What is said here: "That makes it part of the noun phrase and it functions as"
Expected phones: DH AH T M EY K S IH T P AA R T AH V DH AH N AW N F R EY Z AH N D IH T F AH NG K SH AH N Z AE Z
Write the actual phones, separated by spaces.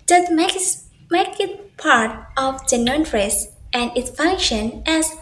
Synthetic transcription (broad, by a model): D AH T M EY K IH T P AA R T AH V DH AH N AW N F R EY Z AH N D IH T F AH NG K SH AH N AE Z